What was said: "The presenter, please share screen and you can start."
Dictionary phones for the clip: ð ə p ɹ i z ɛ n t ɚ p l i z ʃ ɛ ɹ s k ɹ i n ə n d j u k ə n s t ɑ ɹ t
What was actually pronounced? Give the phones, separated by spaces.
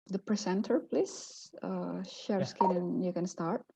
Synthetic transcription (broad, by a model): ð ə p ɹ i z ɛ n t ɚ p l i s ʃ ɛ ɹ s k i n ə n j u k ə n s t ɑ ɹ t